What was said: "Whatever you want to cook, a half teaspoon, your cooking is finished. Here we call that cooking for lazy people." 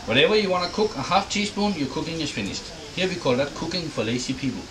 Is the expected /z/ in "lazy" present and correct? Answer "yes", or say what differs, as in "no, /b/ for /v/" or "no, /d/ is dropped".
no, /s/ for /z/